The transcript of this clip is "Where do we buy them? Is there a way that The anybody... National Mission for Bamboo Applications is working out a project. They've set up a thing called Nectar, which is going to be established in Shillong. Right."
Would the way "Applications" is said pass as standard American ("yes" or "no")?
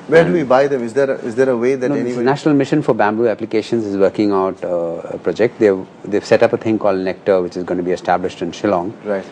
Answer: yes